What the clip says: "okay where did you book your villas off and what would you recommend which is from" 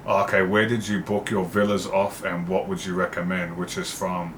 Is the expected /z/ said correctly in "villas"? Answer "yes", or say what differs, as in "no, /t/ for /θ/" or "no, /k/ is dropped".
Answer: yes